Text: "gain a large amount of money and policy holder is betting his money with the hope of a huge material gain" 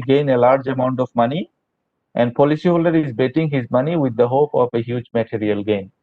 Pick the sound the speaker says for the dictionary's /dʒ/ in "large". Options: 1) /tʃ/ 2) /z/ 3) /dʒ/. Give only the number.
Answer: 3